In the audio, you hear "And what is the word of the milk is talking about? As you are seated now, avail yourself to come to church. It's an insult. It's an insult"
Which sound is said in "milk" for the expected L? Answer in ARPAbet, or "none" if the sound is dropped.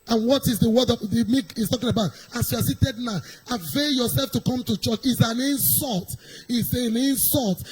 none